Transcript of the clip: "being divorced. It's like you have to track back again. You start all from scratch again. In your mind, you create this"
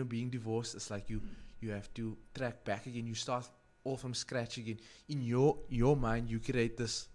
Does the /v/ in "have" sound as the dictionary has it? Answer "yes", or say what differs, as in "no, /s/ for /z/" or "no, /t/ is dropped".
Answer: no, /f/ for /v/